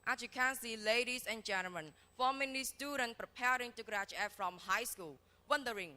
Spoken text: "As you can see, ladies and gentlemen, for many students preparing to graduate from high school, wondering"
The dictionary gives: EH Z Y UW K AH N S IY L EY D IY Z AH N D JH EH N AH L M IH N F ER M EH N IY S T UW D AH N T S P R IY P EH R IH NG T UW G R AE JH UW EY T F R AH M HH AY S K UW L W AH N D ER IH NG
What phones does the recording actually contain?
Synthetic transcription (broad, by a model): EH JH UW K AH N S IY L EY D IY S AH N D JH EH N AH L M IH N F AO M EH N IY S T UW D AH N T P R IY P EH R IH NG T UW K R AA CH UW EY F R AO M HH AY S K UW L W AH N D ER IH NG